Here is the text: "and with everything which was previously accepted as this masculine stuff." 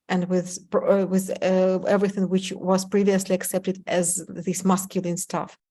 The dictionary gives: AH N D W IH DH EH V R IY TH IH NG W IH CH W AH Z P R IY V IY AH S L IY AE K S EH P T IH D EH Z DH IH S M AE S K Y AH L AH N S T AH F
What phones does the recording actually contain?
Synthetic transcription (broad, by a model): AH N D W IH DH EH V R IY TH IH NG W IH CH W AH Z P R IY V IY AH S L IY AE K S EH P T IH D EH Z DH IH S M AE S K Y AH L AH N S T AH F